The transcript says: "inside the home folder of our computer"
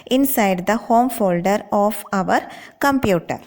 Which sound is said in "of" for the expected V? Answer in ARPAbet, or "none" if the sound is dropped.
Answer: V